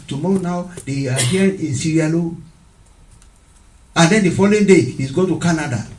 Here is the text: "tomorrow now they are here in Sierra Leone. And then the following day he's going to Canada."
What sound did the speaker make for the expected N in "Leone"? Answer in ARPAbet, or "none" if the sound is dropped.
none